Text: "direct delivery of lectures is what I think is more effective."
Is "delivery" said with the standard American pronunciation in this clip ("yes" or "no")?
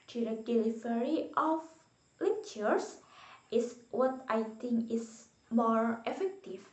no